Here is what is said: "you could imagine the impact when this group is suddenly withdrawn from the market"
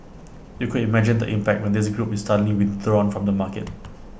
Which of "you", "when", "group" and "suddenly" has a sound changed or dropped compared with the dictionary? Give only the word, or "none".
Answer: suddenly